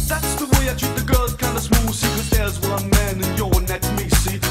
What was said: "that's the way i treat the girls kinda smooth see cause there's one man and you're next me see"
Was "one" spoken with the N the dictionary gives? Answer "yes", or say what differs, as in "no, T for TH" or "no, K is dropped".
no, L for N